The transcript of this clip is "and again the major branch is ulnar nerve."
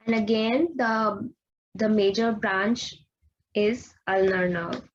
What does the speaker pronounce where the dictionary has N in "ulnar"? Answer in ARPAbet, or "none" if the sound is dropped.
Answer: N